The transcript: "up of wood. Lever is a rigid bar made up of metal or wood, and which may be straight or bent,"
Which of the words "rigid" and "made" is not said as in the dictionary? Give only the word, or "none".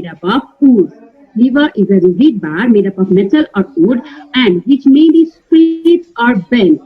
rigid